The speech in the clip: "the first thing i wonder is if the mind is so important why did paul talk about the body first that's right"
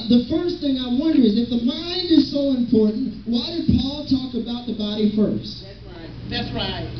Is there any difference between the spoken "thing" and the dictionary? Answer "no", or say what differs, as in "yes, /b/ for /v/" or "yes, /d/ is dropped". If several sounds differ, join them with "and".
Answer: no